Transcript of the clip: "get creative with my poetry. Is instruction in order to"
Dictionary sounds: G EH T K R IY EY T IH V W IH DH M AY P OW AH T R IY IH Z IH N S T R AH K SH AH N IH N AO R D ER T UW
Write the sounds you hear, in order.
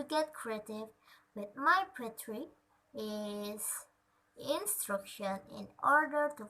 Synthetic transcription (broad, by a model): G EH T K R IY EY T IH V W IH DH M AY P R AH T R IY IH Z IH N S T R AH K SH AH N IH N AO R D ER T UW